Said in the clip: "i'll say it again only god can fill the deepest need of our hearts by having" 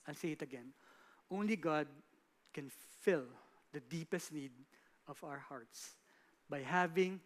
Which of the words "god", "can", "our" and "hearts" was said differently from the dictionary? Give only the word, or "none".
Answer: none